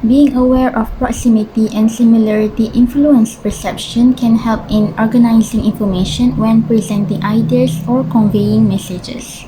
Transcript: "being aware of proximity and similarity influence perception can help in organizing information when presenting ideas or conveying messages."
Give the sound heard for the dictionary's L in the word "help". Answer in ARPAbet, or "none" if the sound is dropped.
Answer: L